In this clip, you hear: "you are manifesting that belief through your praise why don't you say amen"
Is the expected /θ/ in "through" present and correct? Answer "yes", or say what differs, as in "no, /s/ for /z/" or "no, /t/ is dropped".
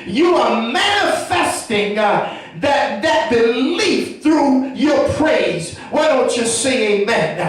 yes